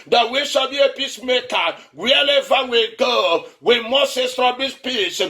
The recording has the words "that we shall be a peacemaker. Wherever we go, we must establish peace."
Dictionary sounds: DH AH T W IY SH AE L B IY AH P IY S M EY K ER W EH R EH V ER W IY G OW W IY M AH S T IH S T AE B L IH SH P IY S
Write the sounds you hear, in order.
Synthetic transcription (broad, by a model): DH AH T W IY SH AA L B IY AH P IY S M EY K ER W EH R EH V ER W IY G OW W IY M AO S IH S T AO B IH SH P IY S